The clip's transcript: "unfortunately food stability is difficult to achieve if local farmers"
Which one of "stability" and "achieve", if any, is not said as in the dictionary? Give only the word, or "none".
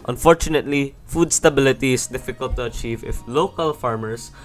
none